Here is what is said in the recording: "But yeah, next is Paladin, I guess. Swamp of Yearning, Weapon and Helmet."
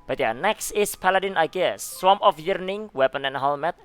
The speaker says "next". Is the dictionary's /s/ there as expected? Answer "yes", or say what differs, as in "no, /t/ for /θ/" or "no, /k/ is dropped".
yes